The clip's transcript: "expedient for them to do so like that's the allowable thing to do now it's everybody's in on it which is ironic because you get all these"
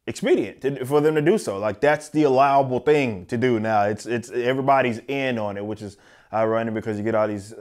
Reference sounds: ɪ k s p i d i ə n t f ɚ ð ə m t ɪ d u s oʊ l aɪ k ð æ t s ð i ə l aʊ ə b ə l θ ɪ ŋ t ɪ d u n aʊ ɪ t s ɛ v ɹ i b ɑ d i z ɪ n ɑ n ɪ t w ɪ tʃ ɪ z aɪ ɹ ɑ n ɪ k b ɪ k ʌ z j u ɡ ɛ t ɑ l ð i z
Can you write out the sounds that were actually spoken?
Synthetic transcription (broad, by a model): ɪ k s p i d i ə n t f ɚ ð ə m t ɪ d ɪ s oʊ l aɪ k ð æ t s ð i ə l aʊ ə b l θ ɪ ŋ t ɪ d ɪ n aʊ ɪ t s ɛ v ɹ i b ɑ d i z ɪ n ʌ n ɪ t w ɪ tʃ ɪ z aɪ ɹ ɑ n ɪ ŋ b ɪ k ʌ z j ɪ ɡ ɛ t ɑ l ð i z